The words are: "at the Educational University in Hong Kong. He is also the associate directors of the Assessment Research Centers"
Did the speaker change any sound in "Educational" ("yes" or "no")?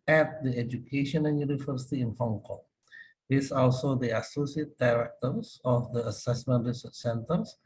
yes